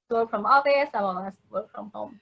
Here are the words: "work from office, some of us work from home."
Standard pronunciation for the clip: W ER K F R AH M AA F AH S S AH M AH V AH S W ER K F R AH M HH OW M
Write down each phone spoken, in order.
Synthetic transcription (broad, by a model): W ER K F R AH M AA AH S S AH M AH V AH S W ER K F R AH M HH OW M